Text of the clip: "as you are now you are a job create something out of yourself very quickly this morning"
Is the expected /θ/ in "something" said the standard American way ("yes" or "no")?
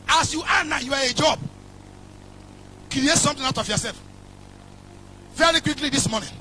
no